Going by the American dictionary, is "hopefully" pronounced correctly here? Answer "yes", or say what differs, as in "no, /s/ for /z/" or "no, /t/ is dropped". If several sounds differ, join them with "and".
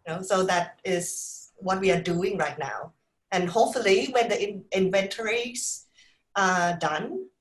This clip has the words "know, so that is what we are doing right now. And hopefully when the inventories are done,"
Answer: yes